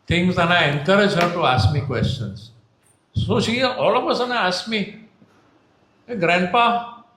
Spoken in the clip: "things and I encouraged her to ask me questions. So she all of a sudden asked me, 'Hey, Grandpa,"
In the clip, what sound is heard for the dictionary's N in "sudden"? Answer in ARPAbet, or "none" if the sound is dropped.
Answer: none